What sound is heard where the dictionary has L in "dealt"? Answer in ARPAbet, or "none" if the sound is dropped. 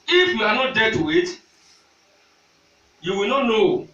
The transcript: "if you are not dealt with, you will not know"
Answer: none